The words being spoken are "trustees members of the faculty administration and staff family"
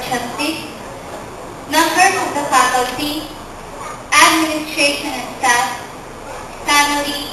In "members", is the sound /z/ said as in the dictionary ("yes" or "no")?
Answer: no